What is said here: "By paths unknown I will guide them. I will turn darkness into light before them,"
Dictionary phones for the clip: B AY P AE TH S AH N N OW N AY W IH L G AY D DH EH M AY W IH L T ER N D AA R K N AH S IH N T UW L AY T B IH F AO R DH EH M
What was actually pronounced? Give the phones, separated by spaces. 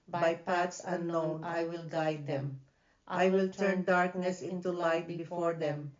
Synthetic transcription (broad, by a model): B AY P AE T S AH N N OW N AY W IH L G AY D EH M AY W IH L T ER N D AA R K N AH S IH N T UW L AY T B IH F AO R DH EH M